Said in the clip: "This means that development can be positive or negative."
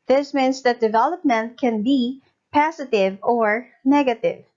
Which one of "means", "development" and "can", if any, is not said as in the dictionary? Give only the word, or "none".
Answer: means